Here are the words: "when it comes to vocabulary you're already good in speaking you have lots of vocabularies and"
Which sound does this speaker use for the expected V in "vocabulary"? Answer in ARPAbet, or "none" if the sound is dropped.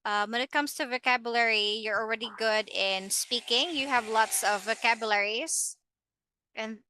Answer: V